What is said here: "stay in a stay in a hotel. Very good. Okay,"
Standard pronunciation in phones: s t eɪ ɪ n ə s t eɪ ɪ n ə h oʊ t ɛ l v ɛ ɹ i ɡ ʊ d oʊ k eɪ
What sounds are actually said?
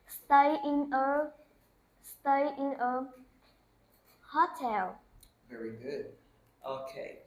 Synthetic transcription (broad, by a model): s t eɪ ɪ n ə s t eɪ ɪ n ə h oʊ t ɛ l v ɛ ɹ i ɡ ʊ d oʊ k eɪ